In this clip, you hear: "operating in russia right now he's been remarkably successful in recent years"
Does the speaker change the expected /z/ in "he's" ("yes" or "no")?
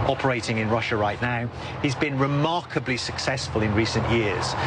no